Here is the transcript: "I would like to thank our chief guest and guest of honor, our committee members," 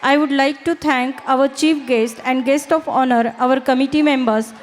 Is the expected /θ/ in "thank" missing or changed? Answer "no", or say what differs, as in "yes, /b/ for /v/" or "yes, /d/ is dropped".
yes, /t/ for /θ/